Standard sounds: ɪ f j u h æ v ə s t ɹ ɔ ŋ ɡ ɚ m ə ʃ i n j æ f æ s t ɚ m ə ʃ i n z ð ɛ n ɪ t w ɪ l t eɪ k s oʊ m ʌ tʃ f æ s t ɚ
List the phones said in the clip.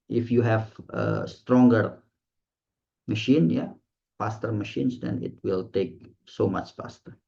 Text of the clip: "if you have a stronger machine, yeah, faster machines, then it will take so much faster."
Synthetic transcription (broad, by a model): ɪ f j u h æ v ə s t ɹ ɔ ŋ ɡ ɚ m ə ʃ i n j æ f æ s t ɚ m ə ʃ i n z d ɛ n ɪ t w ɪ l t eɪ k s oʊ m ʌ tʃ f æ s t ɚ